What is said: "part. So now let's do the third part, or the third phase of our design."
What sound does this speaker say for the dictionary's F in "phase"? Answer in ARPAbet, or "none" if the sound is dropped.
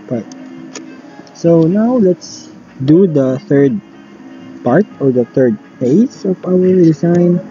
P